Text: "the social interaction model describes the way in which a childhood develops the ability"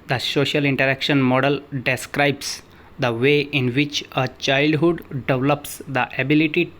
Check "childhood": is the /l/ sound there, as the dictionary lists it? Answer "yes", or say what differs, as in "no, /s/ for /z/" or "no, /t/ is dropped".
yes